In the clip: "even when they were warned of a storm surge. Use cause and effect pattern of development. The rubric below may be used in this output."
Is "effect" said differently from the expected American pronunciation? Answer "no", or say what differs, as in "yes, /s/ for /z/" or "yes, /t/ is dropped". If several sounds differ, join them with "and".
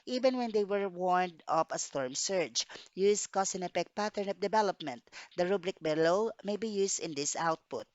yes, /p/ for /f/